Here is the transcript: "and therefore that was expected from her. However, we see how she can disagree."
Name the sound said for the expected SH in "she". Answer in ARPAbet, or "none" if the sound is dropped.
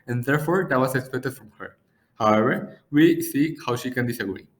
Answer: SH